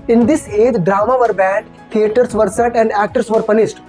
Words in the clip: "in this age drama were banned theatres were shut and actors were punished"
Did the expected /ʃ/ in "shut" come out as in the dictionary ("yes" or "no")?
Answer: no